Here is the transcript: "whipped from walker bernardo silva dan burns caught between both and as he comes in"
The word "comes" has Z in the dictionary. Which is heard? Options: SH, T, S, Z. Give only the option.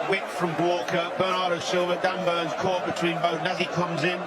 Z